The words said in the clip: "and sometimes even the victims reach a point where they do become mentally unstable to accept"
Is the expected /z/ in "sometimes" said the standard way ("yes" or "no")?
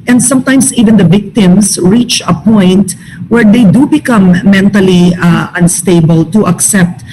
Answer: no